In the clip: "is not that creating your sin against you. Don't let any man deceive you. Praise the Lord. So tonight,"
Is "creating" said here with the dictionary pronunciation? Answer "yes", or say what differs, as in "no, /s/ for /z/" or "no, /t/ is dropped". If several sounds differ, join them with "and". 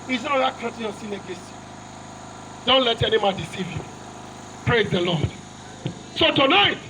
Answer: no, /ɹ/ is dropped